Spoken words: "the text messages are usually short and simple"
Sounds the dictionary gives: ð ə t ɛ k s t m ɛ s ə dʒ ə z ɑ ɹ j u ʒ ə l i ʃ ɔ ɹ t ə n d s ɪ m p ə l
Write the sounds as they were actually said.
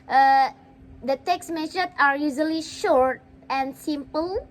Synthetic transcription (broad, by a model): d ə t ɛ k s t m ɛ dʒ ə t ɑ ɹ j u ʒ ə l i ʃ ɔ ɹ t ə n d s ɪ m p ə l